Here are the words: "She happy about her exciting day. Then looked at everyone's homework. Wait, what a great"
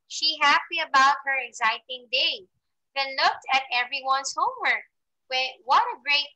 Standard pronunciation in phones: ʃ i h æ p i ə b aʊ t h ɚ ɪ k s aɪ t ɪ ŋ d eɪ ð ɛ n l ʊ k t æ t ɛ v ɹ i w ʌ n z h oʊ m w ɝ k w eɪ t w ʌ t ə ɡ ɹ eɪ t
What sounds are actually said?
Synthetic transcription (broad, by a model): ʃ i h æ p i ə b aʊ t h ɚ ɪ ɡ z aɪ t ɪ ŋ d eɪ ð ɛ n l ʊ k t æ t ɛ v ɹ i w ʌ n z h oʊ m w ɝ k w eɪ w ʌ t ə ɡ ɹ eɪ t